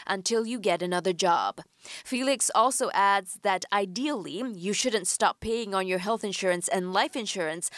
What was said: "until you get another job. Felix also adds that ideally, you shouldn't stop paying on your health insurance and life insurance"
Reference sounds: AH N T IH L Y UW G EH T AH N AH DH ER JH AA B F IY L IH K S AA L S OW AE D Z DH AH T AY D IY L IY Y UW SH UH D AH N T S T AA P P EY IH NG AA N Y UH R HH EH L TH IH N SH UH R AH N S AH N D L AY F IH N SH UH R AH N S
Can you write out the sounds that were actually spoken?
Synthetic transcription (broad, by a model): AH N T IH L Y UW G EH T AH N AH DH ER JH AA B F IY L IH K S AA L S OW AE D Z DH AH T AY D IY L IY Y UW SH UH D N T S T AA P P EY IH NG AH N Y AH R HH EH L TH IH N SH UH R AH N S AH N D L AY F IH N SH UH R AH N S